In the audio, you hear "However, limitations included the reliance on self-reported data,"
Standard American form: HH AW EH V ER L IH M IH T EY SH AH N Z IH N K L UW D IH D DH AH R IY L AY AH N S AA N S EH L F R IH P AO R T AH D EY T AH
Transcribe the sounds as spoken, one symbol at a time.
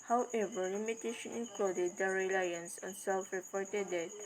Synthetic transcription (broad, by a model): HH AW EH V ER L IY M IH T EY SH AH N IH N K L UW D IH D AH R IY L AY AH N S AA N S EH L F R IH P AO R T AH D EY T